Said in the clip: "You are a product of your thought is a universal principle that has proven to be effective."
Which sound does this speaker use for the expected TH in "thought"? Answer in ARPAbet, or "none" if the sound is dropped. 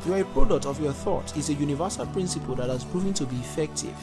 TH